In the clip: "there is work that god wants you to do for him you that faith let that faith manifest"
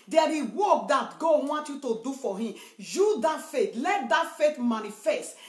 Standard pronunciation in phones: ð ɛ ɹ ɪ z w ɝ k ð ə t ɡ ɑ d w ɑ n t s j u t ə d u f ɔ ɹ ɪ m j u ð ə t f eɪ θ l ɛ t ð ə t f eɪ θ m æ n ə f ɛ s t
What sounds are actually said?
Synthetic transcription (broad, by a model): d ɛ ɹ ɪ w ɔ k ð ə t ɡ ɑ d w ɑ n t j u t ə d u f ɔ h ɪ m j u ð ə t f eɪ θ l ɛ t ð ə t f eɪ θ m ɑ n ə f ɛ s t